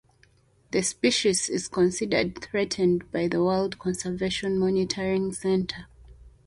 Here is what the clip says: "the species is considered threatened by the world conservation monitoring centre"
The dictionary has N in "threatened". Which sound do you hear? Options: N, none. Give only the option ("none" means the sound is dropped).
N